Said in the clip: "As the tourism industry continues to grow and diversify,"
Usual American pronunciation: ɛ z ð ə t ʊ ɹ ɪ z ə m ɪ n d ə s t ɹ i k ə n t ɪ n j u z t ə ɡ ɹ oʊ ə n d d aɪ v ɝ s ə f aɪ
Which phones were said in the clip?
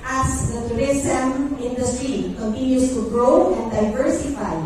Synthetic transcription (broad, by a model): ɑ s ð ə t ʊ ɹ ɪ s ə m ɪ n d ə s t ɹ i k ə n t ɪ n j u s t ə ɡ ɹ oʊ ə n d d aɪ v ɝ s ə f aɪ